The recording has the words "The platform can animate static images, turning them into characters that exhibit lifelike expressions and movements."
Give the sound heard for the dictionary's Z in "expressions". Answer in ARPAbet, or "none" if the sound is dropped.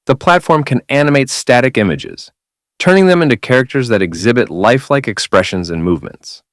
Z